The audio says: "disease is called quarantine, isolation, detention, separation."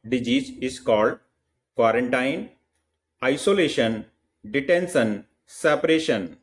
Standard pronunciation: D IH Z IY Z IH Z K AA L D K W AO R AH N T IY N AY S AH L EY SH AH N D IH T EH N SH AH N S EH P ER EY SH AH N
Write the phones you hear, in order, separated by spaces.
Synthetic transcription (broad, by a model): D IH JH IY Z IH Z K AA L D K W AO R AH N T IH N AY S AH L EY SH AH N D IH T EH N S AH N S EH P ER EY SH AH N